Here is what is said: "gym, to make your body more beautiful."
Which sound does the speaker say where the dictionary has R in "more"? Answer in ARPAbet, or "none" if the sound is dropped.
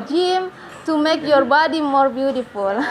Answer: R